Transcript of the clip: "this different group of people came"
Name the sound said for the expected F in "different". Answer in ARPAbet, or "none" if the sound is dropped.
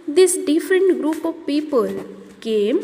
F